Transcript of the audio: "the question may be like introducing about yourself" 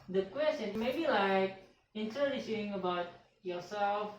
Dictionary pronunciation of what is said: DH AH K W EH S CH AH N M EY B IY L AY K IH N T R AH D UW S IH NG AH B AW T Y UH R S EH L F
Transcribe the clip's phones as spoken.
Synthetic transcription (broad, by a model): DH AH K W EH S CH AH N M EY B IY L AY K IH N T AH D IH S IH NG AH B AW T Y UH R S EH L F